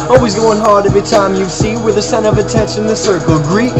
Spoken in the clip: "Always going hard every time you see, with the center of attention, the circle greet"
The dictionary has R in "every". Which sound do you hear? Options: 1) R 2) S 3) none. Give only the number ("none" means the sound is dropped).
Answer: 3